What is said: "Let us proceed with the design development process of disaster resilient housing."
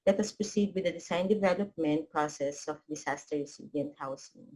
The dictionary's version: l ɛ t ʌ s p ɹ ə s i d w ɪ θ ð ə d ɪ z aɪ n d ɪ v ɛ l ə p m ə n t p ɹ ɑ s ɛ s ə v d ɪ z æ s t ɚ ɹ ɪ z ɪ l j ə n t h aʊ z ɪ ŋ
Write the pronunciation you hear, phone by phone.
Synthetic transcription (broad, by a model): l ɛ t ʌ s p ɹ ə s i d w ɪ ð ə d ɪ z aɪ n d ɪ v ɛ l ə p m ə n t p ɹ ɑ s ɛ s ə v d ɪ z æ s t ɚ ɹ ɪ s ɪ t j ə n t h aʊ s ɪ ŋ